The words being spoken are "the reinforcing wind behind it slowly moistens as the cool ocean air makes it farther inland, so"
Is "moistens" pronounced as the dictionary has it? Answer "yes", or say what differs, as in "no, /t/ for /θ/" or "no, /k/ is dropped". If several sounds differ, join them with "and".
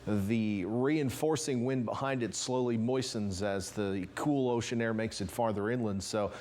yes